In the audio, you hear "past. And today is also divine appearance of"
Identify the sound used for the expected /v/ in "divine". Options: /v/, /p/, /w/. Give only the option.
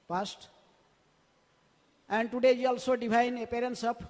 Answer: /p/